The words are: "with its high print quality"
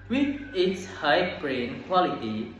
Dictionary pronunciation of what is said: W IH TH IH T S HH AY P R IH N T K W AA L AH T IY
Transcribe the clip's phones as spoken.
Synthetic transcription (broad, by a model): W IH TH IH T S HH AY B R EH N K W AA L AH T IY